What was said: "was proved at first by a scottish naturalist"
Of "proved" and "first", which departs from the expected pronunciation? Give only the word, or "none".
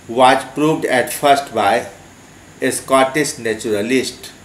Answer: none